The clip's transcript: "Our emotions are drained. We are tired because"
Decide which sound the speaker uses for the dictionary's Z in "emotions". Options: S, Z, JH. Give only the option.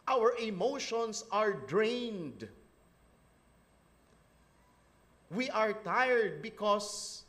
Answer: S